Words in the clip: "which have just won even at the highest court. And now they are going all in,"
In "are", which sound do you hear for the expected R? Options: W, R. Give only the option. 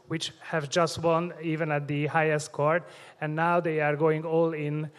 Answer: R